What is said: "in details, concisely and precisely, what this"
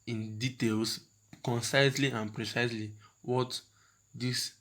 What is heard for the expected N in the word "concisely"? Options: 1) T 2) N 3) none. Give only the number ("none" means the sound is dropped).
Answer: 2